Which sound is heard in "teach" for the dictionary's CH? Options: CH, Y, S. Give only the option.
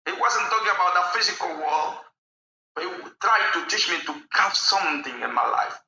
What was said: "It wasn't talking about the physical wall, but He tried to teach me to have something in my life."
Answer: CH